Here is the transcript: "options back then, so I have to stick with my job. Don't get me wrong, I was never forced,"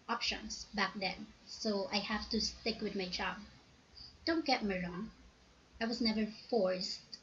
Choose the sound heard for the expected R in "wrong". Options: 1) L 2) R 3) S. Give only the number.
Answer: 2